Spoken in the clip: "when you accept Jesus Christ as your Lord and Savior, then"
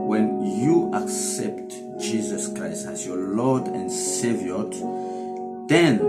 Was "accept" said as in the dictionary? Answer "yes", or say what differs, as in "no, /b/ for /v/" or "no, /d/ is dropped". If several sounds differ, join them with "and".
yes